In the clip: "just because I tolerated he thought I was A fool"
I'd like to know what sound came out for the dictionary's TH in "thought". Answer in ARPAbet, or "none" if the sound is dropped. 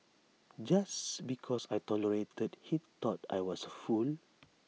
T